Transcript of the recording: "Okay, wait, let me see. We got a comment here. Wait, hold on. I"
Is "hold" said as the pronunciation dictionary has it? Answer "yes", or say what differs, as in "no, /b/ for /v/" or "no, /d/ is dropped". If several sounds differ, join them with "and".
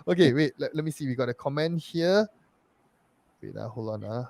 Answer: no, /d/ is dropped